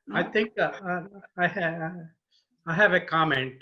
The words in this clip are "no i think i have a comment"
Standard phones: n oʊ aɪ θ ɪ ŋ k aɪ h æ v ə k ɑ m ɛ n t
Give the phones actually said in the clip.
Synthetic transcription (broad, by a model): aɪ t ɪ ŋ k aɪ h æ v ə k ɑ m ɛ n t